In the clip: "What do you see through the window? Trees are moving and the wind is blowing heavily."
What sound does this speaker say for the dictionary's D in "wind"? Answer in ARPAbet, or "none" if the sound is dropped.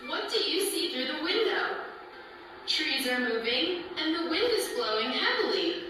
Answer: D